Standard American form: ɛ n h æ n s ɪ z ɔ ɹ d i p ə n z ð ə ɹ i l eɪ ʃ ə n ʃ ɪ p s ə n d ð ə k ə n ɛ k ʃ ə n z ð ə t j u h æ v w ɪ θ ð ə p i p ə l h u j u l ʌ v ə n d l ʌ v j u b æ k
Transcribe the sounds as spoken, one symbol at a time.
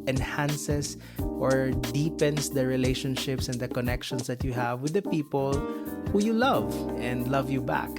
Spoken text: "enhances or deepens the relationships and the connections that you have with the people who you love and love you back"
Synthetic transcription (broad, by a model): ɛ n h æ n s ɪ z ɔ ɹ d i p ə n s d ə ɹ i l eɪ ʃ ə n ʃ ɪ p s ə n d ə k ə n ɛ k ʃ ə n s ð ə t j u h æ v w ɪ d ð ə p i p ə l h u j u l ʌ v ə n d l ʌ v j u b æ k